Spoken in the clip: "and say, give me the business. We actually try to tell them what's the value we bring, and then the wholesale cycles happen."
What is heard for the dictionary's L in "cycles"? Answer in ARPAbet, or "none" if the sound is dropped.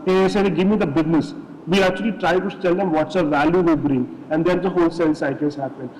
none